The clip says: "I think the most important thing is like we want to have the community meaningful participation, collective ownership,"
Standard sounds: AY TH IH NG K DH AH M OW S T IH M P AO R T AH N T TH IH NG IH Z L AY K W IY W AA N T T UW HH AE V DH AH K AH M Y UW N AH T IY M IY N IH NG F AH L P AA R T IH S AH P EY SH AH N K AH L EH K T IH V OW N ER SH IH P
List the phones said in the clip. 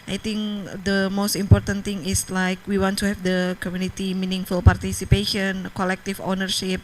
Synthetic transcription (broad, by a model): AY T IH NG K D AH M OW S T IH M P AO R T AH N T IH NG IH S L AY K W IY W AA N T T UW HH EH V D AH K AH M Y UW N AH T IY M IY N IH NG F AH L P AA R T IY S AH P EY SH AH N K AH L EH K T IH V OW N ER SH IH P